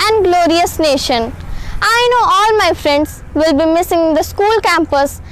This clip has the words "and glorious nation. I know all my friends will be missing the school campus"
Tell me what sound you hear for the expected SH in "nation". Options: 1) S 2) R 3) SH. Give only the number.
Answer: 3